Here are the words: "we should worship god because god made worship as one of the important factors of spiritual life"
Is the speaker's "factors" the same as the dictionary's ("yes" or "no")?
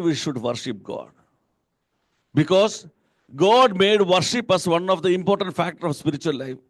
no